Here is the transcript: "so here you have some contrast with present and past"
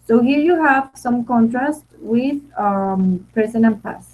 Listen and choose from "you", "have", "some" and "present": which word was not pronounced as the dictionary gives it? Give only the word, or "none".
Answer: present